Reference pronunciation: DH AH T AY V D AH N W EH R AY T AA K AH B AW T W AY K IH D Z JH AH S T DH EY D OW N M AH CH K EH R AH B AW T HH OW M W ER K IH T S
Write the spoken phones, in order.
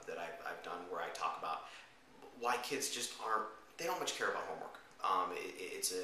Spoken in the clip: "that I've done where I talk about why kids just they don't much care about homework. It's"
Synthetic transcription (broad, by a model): DH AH T AY V D AH N W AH R AY T AA K AH B AW T W AY K IH D Z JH AH S T DH EY D OW N M AH CH K EH R AH B AW T HH OW M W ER K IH T S